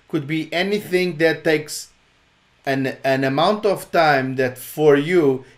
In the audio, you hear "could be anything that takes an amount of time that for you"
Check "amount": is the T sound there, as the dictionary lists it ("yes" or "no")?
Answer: yes